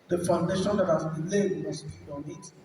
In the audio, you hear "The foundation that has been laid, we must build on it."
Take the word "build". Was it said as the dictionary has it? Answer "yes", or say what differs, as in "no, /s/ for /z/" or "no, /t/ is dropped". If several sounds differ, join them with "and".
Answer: no, /l/ is dropped